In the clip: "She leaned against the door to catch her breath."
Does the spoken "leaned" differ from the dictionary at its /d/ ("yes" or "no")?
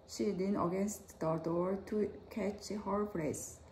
yes